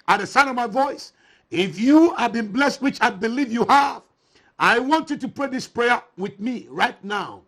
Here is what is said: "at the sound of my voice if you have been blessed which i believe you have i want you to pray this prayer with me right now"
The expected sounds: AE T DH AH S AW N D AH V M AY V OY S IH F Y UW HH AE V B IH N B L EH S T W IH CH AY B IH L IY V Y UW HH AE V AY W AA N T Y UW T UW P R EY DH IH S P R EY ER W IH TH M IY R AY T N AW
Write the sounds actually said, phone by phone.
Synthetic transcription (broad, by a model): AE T DH AH S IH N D AH V M AY V OY S IH F Y UW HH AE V B IH N B L EH S T W IH CH AY B IH L IY V Y UW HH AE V AY W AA N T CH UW T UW P R EY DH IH S P R EY ER W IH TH M IY R AY T N AW